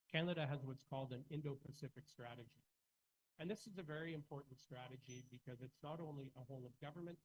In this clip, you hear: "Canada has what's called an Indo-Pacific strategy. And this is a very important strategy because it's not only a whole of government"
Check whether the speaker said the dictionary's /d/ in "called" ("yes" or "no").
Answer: yes